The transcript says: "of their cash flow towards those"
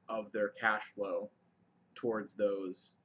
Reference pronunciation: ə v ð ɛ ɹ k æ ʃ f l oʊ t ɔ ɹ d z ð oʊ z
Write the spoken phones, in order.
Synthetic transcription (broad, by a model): ə v ð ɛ ɹ k æ ʃ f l oʊ t ɔ ɹ d z ð oʊ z